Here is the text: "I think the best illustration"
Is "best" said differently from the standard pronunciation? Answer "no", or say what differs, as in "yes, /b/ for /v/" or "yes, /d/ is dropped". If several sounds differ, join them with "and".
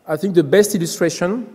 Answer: no